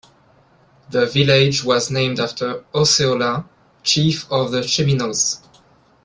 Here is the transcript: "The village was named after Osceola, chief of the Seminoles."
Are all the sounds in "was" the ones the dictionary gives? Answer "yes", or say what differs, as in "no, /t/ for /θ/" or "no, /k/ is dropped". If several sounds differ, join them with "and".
yes